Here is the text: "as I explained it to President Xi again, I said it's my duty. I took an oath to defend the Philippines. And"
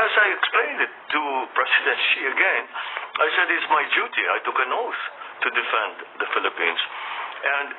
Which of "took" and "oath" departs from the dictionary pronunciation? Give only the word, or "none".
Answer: oath